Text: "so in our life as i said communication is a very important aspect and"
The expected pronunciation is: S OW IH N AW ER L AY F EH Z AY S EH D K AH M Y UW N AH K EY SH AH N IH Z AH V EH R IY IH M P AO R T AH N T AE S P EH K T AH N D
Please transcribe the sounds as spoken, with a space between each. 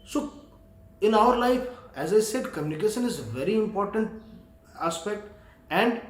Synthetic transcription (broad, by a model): S OW IH N AW ER L AY F EH Z AY S EH D K AH M Y UW N AH K EY SH AH N IH Z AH V EH R IY IH M P AO R T AH N T AE S P EH K T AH N D